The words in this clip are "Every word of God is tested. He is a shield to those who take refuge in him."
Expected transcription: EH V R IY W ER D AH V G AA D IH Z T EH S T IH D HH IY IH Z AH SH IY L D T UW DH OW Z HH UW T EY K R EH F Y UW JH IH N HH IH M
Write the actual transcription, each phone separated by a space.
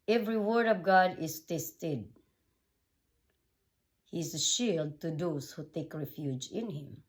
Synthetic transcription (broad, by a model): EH V R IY W ER D AH V G AA D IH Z T EH S T IH D HH IY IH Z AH SH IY L D T UW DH OW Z HH UW T EY K R EH F Y UW JH IH N HH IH M